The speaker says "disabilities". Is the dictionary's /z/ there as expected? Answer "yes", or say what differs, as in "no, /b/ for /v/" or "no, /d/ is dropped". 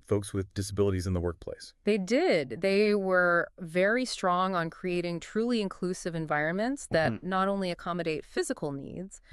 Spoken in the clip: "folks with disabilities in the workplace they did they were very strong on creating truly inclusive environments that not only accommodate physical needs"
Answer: yes